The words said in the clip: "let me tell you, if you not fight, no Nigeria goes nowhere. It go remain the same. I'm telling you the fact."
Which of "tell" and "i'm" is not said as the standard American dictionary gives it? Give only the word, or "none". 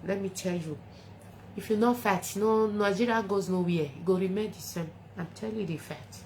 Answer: none